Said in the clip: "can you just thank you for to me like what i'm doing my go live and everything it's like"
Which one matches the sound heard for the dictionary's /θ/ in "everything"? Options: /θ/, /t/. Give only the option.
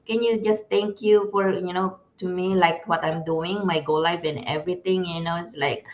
/t/